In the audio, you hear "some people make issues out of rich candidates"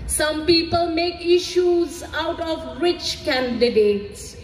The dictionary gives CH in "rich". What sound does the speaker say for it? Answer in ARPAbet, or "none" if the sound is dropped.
CH